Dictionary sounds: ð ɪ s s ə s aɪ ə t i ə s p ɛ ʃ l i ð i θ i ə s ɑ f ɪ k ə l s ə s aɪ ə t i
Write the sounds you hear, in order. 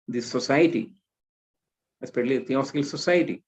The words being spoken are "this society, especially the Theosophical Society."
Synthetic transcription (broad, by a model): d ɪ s s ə s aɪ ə t i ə s p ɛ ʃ i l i t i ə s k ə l s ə s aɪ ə t i